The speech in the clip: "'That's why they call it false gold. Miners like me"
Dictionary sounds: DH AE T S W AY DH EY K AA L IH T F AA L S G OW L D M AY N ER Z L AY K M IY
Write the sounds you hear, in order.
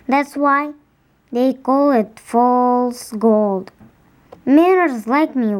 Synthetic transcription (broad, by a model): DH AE T S W AY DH EY K AA L IH T F AA L S G OW L D M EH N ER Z L AY K M IY